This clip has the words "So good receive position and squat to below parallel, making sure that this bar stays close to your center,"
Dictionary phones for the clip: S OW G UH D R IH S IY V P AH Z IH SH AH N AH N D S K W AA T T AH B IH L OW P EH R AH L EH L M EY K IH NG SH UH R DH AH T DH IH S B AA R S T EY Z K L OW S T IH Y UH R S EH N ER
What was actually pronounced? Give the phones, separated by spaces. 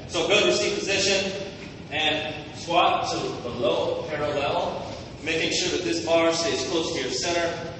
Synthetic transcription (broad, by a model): S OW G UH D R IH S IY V P AH Z IH SH AH N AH N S W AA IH T AH B IH L OW P EH R AH L EH L M EY K IH NG SH UH R DH AH T DH IH S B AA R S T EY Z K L OW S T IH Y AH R S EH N ER